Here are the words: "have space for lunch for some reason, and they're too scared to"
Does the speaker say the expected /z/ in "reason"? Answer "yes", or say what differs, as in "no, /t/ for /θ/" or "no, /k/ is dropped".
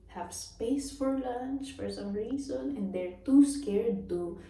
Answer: no, /s/ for /z/